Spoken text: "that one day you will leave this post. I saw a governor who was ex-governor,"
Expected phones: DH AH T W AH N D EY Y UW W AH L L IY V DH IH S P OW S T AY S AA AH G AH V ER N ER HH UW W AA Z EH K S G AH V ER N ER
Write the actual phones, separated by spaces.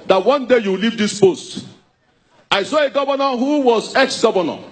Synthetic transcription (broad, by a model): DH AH T W AH N D EY Y UW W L L IY V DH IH S P OW S T AY S AA AH G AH V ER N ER HH UW W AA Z EH K S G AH V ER N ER